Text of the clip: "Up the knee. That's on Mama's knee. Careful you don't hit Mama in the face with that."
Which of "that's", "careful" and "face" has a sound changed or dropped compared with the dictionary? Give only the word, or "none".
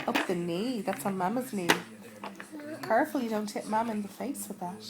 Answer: none